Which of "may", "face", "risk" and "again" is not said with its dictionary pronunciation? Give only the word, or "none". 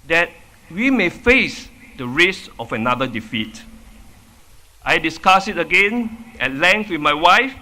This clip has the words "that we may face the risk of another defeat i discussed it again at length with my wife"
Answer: risk